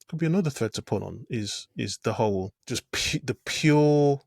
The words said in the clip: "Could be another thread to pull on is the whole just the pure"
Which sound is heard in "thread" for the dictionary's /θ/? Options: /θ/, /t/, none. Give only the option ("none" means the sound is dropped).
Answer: /θ/